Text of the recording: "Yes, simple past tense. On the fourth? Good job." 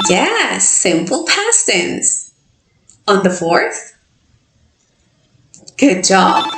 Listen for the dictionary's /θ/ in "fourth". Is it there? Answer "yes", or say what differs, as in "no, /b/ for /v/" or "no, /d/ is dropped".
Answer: yes